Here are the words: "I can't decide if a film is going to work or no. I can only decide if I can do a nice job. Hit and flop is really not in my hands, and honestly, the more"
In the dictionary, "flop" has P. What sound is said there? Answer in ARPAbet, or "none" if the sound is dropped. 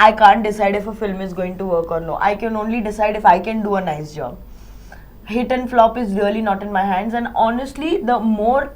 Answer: P